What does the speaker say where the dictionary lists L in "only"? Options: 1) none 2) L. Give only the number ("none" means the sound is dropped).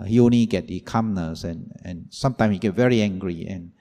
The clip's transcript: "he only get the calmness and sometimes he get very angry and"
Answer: 1